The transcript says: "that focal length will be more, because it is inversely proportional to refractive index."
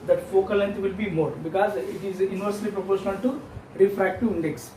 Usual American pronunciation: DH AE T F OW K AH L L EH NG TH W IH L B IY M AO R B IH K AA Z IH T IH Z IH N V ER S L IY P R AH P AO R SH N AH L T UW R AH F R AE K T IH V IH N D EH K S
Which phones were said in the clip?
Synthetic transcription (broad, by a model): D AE T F OW K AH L L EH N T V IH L B IY M AO R B IH K AA Z IH T IH Z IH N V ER S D IY P R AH P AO R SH AH N T UW R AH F R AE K T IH IH N D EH K S